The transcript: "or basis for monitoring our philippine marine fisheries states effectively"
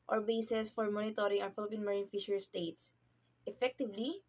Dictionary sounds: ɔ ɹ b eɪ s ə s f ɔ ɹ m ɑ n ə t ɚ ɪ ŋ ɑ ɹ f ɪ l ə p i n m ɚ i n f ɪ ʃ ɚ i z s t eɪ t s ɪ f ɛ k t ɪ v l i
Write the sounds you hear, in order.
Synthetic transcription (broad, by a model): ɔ ɹ b eɪ s ə s f ɔ ɹ m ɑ n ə t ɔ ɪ ŋ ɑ w f ɪ l ə p i n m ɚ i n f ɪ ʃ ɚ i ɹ s t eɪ t s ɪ f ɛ k t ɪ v l i